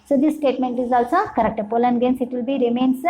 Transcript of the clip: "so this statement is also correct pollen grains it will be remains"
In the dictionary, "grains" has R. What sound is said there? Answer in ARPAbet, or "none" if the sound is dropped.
none